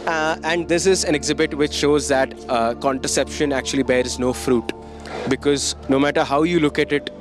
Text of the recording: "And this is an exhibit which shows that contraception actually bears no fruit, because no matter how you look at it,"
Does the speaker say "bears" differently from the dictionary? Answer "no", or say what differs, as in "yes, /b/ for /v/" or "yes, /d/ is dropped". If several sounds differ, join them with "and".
no